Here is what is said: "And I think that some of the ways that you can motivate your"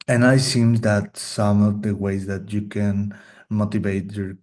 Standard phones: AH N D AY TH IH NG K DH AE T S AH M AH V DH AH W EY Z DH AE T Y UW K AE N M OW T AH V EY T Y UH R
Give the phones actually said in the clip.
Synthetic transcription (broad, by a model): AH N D AY S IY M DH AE T S AH M AH V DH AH W EY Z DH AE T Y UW K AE N M OW T AH V EY T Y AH R